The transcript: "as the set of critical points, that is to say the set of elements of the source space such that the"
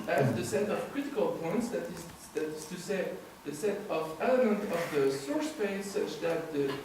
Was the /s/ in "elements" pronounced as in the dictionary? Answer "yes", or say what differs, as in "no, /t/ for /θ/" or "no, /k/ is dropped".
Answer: no, /s/ is dropped